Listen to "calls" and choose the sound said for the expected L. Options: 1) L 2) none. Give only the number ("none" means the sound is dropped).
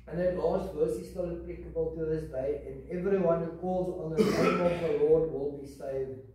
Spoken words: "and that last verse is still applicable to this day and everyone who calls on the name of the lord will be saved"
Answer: 1